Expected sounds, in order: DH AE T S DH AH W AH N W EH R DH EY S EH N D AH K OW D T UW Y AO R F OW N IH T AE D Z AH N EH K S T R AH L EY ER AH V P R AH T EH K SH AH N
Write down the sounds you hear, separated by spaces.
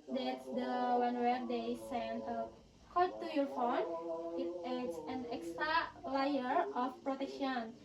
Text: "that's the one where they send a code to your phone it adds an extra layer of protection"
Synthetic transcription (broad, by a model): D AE T S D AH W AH N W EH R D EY S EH N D AH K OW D T UW Y AO R F OW N IH T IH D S AH N EH K S T R AH L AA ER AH F P R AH T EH K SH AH N